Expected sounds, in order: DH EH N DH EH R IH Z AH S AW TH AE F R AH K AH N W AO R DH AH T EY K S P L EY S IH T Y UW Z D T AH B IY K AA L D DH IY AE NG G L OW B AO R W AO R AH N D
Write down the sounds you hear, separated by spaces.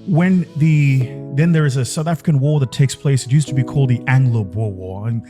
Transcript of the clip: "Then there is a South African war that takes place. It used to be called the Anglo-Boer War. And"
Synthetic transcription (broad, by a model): DH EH N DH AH R IH Z AH S AW TH AE F R AH K AH N W AO R DH AH T EY K S P L EY S IH T Y UW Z T AH B IY K AA L D DH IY AE NG G L OW B AO R W AO R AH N